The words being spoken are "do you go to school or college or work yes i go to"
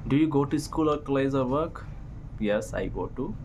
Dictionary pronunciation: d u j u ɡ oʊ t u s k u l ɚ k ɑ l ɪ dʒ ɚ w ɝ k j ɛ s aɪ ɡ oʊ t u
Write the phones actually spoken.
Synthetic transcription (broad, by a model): d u j u ɡ oʊ t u s k u l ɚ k l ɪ z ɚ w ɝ k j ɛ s aɪ ɡ oʊ t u